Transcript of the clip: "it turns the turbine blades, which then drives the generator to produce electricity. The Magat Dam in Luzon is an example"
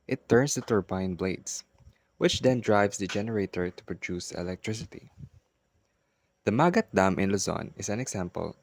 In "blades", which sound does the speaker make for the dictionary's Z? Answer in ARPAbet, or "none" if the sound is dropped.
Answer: S